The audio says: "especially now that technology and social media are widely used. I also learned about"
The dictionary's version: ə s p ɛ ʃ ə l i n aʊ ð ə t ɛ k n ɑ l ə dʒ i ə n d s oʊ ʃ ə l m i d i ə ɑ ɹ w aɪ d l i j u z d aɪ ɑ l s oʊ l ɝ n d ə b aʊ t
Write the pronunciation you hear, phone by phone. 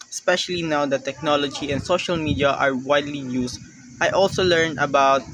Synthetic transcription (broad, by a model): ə s p ɛ ʃ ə l i n aʊ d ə t ɛ k n ɑ l ə dʒ i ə n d s oʊ ʃ ə l m i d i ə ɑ ɹ w aɪ d l i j u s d aɪ ɑ l s oʊ l ɝ n ə b aʊ t